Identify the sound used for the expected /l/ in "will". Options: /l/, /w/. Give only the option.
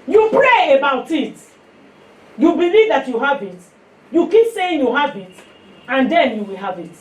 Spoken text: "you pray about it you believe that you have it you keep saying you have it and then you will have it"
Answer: /l/